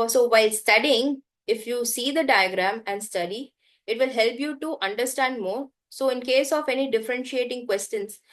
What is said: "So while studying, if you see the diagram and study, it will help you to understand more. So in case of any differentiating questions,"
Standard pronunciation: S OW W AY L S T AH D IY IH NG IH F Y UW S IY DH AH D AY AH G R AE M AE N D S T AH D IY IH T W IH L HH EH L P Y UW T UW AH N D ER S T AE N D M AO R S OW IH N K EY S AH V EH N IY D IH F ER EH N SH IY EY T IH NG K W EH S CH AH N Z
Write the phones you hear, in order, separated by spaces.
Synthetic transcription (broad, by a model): S OW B AY L S T AH D IY IH NG IH F Y UW S IY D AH D AY AH G R AE M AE N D S T AH D IY IH T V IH L HH EH L P Y UW T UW AH N D ER S T AE N D M AO R S OW IH N K EY S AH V EH N IY D IH F ER EH N SH IY EY T IH NG K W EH S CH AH N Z